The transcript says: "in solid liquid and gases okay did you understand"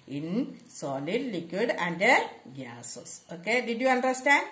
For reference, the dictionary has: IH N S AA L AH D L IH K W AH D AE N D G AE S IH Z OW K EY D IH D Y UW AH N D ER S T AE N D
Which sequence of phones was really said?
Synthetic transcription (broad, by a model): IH N S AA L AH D L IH K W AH D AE N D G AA S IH S OW K EY D IH D Y UW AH N D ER S T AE N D